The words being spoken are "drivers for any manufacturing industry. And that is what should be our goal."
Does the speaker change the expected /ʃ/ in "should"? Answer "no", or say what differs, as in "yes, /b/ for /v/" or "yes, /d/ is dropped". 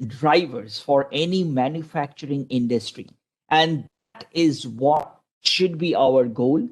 no